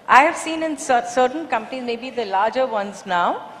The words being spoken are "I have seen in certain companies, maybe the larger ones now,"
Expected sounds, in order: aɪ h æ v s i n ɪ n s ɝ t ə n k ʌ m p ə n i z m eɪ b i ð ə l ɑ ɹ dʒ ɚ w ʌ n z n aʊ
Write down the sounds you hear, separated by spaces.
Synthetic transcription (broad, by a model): aɪ h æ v s i n ɪ n s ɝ s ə n k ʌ m p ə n i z m eɪ b i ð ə l ɑ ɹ dʒ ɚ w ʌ n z n aʊ